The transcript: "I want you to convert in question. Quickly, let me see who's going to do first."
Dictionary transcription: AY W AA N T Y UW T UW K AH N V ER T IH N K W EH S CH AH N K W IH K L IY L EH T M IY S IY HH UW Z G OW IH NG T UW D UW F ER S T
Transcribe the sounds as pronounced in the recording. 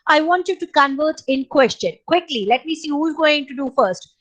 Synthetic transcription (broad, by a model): AY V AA N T Y UW T UW K AH N V ER T IH N K W EH S CH AH N K W IH K L IY L EH T M IY S IY HH UW Z G OW IH NG T UW D UW F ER S T